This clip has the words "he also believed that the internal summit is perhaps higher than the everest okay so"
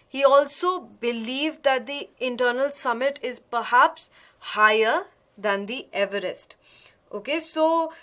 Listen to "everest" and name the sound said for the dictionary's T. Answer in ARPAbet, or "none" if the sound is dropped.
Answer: T